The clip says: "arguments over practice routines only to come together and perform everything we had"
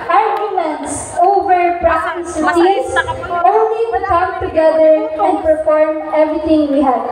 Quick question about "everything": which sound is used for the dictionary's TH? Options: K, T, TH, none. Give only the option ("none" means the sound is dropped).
T